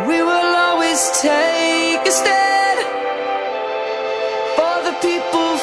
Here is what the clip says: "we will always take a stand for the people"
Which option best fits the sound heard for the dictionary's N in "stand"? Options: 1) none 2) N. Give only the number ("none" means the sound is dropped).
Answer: 1